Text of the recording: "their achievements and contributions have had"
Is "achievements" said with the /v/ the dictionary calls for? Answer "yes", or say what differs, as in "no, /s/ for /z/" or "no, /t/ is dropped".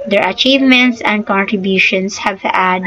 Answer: yes